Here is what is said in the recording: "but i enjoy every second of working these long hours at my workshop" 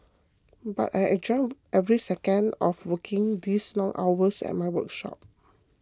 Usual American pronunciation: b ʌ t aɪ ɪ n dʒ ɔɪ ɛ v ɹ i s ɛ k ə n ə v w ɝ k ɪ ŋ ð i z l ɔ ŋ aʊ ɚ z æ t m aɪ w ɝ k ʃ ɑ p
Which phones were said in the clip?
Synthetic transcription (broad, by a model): b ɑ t aɪ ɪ dʒ ɔɪ ɛ v ɹ i s ɛ k ə n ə f w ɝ k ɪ ŋ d i s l ɔ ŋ aʊ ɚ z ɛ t m aɪ w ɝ k ʃ ɑ p